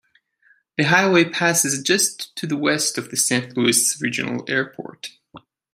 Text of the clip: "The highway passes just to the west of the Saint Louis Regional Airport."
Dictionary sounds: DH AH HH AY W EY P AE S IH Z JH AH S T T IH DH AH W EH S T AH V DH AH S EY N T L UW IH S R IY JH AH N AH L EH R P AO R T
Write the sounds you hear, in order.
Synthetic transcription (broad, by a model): DH AH HH AY W EY P AE S IH Z JH AH S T T IH DH AH W EH S T AH V DH AH S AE N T L UW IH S R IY JH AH N L EH R P AO R T